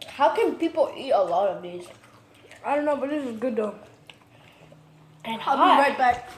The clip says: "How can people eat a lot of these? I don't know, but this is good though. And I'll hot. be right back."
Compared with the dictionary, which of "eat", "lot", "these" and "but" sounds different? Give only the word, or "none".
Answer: these